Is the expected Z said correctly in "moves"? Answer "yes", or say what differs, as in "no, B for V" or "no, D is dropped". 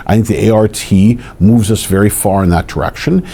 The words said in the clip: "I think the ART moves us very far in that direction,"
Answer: yes